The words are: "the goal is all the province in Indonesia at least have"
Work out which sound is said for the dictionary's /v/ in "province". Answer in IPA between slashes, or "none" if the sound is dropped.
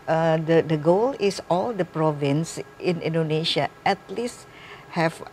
/v/